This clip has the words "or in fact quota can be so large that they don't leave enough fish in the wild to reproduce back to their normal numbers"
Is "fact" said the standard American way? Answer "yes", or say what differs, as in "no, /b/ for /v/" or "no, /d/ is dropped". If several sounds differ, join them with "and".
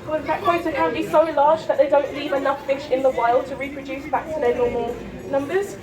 no, /k/ is dropped